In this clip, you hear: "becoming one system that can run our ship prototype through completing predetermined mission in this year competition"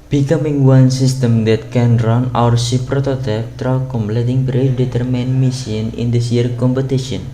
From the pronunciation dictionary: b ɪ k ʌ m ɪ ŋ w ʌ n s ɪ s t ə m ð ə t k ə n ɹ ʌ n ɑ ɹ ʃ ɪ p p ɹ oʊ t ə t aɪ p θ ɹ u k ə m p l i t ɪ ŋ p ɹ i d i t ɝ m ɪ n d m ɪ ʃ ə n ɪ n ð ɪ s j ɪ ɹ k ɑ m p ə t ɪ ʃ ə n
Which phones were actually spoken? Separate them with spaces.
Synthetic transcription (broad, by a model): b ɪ k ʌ m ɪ ŋ w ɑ n s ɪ s t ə m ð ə t k ə n ɹ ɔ n ɑ ɹ s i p p ɹ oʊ t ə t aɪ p t ɹ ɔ k ə m p l i t ɪ ŋ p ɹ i d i t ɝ m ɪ n m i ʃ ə n ɪ n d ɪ s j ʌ ɹ k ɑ m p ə t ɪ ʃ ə n